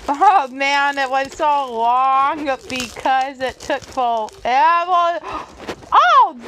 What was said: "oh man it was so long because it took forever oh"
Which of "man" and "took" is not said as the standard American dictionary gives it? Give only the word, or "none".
none